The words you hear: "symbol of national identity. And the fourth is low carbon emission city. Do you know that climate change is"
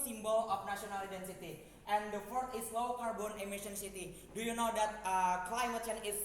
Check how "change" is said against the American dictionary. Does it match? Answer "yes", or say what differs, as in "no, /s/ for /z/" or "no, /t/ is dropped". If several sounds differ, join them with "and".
no, /dʒ/ is dropped